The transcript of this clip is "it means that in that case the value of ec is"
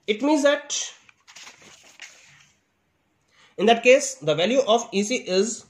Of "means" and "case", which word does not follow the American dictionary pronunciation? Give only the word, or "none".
none